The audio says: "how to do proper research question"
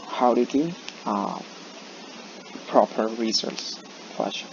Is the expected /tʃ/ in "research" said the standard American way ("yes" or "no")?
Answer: no